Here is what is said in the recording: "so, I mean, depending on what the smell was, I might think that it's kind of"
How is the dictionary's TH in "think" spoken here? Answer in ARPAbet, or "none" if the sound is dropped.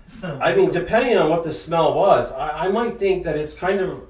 TH